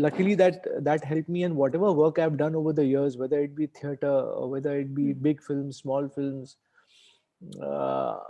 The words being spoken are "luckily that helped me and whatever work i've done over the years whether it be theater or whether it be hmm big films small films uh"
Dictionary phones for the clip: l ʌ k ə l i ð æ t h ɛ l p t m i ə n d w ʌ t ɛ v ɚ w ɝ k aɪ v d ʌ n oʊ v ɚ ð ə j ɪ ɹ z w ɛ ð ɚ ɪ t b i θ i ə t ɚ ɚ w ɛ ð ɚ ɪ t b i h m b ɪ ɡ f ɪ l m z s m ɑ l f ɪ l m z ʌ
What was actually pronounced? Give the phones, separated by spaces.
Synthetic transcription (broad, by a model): l ʌ k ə l i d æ t h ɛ l p m i ə n d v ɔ t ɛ v ɚ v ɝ k aɪ v d ʌ n oʊ v ɚ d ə j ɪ ɹ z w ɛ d ɚ ɪ t b i t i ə t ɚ ɚ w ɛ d ɚ ɪ t b i b ɪ ɡ f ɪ l m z s m ɑ l f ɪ l m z